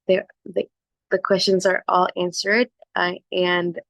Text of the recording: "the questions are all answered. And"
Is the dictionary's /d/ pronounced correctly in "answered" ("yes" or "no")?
yes